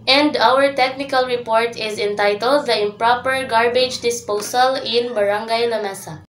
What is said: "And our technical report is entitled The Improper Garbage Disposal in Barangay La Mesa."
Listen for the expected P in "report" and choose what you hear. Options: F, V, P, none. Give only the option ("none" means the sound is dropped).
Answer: P